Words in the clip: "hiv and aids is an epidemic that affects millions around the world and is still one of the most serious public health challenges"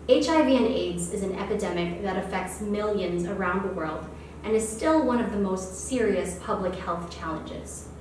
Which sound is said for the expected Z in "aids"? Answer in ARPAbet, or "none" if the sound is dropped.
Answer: Z